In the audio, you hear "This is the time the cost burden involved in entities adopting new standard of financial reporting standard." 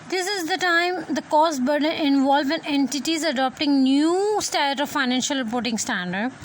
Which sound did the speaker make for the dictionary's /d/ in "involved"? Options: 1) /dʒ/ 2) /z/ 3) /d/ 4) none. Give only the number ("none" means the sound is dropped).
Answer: 4